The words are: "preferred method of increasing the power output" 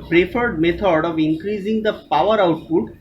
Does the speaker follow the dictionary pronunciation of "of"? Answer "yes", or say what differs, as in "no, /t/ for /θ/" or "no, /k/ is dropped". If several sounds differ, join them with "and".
yes